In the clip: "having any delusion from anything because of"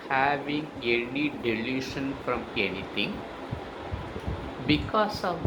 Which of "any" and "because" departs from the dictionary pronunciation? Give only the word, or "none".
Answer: because